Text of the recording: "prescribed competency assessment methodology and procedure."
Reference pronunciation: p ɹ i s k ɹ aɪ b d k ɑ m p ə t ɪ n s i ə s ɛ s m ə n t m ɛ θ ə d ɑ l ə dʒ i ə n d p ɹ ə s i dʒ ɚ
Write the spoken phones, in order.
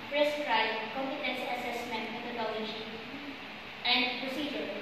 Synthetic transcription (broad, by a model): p ɹ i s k ɹ aɪ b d k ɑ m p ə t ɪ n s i ə s ɛ s m ə n t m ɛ t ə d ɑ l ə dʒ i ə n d p ɹ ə s i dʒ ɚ